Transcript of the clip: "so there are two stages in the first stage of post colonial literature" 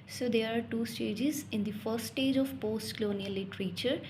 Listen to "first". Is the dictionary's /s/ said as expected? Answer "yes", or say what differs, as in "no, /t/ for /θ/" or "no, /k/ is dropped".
no, /s/ is dropped